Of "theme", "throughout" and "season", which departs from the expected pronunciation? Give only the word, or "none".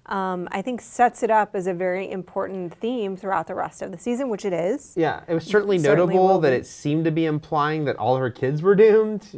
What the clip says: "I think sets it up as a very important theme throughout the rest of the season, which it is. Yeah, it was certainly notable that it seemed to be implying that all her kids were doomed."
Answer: none